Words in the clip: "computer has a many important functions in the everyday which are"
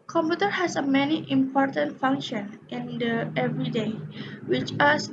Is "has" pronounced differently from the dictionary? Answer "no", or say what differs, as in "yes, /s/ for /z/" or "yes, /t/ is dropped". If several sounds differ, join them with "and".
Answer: yes, /s/ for /z/